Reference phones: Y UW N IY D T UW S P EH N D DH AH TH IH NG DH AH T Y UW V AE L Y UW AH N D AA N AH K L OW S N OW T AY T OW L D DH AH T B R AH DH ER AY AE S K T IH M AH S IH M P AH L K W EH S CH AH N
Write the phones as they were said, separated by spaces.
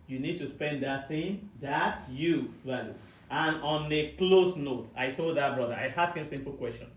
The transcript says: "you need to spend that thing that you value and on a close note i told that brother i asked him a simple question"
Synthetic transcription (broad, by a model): Y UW N IY D T UW S P EH N D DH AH T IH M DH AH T Y UW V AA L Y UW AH N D AA N AH K L OW S N OW T AY T OW L D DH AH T B R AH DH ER AY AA S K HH IH M S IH M P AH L K W EH S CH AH N